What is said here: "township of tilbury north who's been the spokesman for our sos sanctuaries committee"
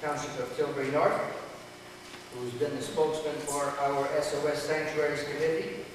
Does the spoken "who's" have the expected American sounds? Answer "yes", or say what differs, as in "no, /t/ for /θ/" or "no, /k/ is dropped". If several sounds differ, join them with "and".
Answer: yes